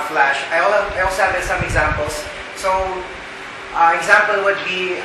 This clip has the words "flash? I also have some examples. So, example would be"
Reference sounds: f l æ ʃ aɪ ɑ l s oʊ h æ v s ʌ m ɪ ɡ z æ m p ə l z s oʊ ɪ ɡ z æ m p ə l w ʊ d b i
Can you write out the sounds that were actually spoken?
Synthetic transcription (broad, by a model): f l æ ʃ aɪ ɑ l s oʊ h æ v s ʌ m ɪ ɡ z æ m p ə l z s oʊ ɪ ɡ z æ m p ə l w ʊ d b i